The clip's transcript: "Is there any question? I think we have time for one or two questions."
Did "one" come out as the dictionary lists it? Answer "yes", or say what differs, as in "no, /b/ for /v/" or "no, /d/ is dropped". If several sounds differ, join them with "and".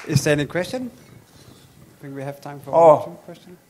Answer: no, /n/ is dropped